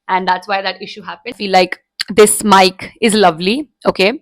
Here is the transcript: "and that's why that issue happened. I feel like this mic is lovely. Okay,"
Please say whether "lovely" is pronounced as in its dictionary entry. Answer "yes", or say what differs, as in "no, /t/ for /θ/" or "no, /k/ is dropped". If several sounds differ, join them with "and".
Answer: yes